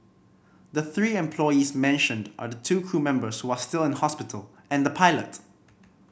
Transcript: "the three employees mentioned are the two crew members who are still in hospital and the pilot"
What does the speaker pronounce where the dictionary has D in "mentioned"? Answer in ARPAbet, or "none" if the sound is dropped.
D